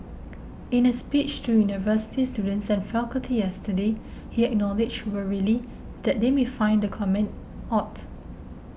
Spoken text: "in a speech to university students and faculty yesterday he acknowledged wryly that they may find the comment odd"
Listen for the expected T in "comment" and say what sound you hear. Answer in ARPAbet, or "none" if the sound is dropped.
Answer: T